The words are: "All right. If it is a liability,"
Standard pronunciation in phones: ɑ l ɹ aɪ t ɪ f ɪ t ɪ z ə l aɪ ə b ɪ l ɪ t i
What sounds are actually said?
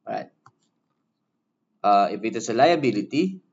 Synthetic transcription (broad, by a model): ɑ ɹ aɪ t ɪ p ɪ t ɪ s ə l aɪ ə b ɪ l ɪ t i